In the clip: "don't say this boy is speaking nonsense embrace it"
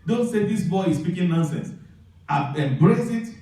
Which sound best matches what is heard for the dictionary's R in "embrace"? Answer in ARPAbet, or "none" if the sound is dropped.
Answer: R